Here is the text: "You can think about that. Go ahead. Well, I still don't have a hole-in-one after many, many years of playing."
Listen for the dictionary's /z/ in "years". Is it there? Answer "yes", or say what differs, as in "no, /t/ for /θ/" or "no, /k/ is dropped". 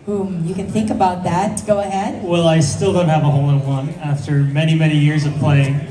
yes